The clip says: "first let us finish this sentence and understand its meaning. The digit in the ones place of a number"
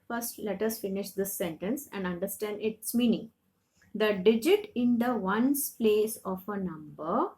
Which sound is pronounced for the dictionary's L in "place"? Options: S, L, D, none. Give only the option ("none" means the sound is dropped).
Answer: L